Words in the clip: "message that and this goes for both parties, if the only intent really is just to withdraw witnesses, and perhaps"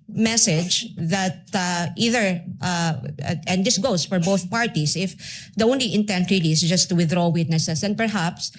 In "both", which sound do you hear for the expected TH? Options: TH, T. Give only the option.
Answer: TH